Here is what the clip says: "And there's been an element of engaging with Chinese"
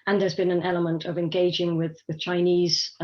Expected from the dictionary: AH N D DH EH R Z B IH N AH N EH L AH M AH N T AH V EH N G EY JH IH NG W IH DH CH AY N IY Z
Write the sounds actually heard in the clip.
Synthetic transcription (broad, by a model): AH N DH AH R Z B IH N AH N EH L AH M AH N T AH V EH N G EY JH IH NG W IH DH CH AY N IY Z